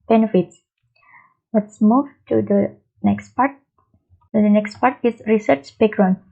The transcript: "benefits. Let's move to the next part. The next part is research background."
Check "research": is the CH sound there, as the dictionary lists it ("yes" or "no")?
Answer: yes